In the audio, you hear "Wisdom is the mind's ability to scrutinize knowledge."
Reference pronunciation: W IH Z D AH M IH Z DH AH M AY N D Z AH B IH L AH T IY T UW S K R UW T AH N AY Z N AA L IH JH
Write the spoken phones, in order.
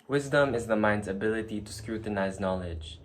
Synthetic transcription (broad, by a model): W IH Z D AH M IH Z DH AH M AY N D Z AH B IH L AH T IY T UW S K R UW T AH N AY Z N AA L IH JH